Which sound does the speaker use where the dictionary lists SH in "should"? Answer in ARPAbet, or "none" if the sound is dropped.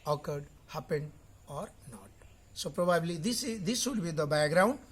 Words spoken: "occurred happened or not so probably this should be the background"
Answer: S